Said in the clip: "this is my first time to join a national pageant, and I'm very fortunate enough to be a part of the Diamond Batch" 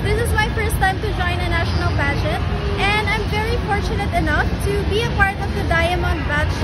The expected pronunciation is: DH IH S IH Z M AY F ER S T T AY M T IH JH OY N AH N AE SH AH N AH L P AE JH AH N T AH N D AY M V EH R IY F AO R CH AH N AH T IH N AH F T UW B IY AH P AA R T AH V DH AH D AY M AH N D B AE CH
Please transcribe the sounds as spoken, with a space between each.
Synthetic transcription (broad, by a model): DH IH S IH Z M AY F ER S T T AY M T IH JH OY N AH N AE SH AH N AH L B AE JH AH T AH N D AY M V EH R IY F AO R CH AH N AH T IH N AH F T UW B IY AH P AA R T AH V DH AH D AY M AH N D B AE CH